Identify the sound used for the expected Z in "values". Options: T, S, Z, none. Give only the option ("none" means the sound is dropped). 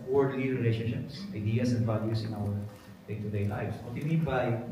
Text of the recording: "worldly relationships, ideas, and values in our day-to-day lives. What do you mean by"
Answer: S